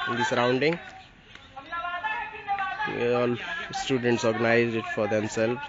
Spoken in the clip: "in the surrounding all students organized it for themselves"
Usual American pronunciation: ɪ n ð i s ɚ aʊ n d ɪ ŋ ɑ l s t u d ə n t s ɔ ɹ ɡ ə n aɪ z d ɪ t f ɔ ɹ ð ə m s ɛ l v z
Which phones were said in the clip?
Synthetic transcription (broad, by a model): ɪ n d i s ɚ aʊ n d ɪ ŋ ɑ l s t u d ə n t s ɔ ɹ ɡ ə n aɪ z d ɪ t f ɔ ɹ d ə m s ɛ l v